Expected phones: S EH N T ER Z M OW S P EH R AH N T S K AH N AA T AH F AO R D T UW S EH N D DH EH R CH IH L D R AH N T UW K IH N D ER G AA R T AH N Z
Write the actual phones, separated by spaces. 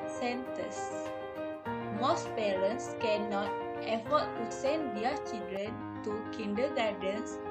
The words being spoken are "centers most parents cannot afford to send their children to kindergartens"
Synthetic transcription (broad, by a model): S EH N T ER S M OW S P EH R AH N T S K AH N AA T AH F AO T UW S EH N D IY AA CH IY L D R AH N T UW K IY N D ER G AA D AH N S